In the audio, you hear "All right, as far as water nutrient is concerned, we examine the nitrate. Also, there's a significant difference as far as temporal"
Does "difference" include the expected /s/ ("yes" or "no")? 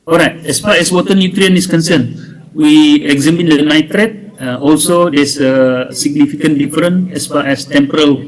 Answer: no